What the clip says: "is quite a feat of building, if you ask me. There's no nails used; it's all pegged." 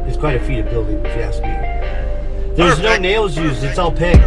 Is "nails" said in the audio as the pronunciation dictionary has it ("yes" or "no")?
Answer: yes